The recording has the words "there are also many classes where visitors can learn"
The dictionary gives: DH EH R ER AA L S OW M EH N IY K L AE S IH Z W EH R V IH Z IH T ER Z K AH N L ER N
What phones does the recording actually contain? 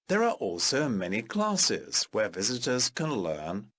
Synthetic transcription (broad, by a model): DH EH R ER AA L S OW M EH N IY K L AE S IH Z W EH R V IH Z IH T ER Z K AH N L ER N